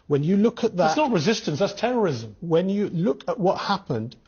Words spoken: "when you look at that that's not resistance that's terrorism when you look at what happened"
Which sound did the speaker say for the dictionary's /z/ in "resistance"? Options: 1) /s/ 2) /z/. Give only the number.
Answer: 2